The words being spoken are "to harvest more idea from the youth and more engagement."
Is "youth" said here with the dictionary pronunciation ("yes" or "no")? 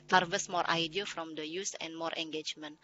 no